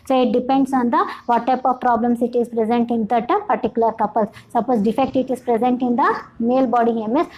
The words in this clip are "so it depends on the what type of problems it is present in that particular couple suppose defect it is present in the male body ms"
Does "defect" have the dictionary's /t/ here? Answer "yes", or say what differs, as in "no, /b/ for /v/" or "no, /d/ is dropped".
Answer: yes